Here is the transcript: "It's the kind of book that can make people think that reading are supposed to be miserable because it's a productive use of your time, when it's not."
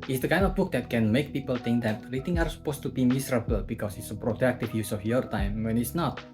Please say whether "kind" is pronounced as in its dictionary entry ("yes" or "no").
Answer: yes